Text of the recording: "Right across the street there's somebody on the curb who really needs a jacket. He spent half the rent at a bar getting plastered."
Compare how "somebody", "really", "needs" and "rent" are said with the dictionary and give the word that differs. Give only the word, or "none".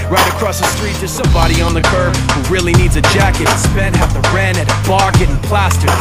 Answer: rent